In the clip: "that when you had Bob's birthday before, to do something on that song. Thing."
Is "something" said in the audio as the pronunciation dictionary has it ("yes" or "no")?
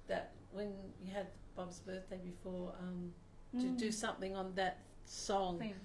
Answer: yes